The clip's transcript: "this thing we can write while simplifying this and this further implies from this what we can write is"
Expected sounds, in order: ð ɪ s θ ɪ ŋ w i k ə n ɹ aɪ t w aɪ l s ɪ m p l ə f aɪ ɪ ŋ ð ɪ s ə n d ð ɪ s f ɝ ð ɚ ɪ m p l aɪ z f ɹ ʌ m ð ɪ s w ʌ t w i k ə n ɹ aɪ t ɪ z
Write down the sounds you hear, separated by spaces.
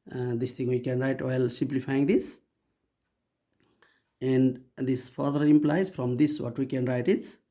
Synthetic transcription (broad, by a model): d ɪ s t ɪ ŋ w i k ə n ɹ aɪ t w aɪ l s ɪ m p l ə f aɪ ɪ ŋ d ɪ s ə n d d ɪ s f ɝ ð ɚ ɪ m p l aɪ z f ɹ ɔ m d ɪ s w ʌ t w i k ə n ɹ aɪ t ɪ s